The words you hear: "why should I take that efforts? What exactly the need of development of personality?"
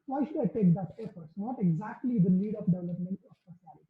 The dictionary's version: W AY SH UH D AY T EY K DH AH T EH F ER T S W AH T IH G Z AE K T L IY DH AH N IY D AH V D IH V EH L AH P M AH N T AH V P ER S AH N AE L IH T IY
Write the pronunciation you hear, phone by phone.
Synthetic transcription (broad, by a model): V AY SH UH D AY T EY K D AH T EH F ER T S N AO T IH G Z AE K T L IY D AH N IY D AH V D IH V EH L AH P M AH N T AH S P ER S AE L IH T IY